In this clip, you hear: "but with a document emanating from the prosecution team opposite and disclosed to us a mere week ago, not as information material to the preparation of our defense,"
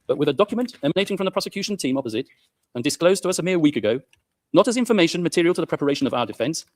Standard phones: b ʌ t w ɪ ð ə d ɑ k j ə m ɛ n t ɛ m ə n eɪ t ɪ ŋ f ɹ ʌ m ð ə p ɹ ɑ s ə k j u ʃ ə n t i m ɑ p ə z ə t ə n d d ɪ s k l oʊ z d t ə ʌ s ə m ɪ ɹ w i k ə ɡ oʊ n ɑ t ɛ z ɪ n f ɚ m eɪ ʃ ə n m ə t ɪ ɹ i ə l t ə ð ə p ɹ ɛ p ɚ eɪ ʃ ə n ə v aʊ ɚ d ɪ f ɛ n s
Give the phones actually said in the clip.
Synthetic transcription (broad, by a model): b ʌ t w ɪ ð ə d ɑ k j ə m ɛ n t ɛ m ə n eɪ t ɪ ŋ f ɹ ʌ m ð ə p ɹ ɑ s ə k j u ʃ ə n t i m ɑ p ə z ə t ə n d d ɪ s k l oʊ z t ə ʌ s ə m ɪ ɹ w i k ə ɡ oʊ n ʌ t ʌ z ɪ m f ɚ m eɪ ʃ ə n m ə t ɪ ɹ i ə l t ə ð ə p ɹ ɛ p ɚ eɪ ʃ ə n ə v aʊ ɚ d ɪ f ɛ n s